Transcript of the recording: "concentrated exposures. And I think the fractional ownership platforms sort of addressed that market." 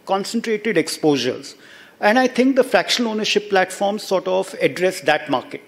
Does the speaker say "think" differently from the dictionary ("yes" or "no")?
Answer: yes